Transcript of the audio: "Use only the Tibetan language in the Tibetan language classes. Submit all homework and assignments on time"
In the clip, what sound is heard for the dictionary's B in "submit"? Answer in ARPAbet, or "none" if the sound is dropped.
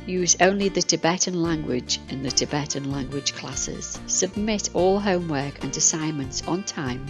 B